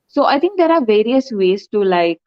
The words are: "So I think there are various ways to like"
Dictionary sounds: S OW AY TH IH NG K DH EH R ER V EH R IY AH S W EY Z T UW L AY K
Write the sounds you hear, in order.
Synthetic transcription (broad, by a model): S OW AY T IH NG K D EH R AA V EH R IY AH S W EY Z T UW L AY K